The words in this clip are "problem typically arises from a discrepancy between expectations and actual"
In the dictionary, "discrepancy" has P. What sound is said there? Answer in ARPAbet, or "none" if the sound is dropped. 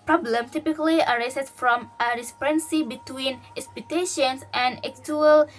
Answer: none